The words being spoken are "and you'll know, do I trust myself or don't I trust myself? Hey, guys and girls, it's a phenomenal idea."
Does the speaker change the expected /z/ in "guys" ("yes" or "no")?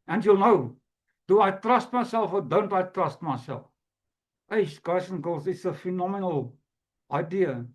yes